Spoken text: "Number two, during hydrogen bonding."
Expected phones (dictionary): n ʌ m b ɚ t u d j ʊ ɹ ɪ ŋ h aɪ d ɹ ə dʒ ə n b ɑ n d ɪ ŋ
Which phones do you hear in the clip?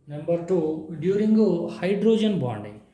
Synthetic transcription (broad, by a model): n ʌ m b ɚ t u d j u ɹ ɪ ŋ h aɪ d ɹ ə dʒ ə n b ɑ n d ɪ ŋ